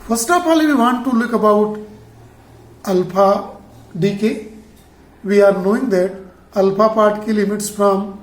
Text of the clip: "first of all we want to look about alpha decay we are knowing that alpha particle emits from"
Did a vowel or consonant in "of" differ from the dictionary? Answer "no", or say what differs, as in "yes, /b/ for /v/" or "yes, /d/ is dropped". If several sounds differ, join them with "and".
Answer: yes, /p/ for /v/